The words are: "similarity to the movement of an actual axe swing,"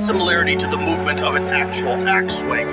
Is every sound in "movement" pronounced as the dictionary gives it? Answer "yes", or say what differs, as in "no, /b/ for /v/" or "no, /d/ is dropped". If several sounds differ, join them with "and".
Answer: yes